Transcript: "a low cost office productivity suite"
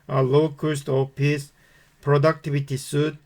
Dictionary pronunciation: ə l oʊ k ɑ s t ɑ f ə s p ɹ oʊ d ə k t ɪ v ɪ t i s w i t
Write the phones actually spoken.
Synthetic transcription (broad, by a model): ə l oʊ k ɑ s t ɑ p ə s p ɹ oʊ d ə k t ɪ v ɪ t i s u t